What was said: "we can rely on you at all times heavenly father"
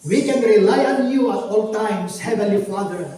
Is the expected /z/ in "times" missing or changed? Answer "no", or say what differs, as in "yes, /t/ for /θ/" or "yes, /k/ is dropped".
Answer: yes, /s/ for /z/